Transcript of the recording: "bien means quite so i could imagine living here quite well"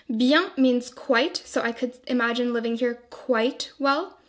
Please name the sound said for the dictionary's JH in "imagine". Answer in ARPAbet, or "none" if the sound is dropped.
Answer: JH